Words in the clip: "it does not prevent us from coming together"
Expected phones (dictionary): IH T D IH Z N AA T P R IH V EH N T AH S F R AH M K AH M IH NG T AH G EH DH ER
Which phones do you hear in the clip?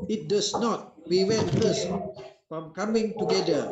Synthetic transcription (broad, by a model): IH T D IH S N AA T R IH W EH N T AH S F R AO M K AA M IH NG T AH G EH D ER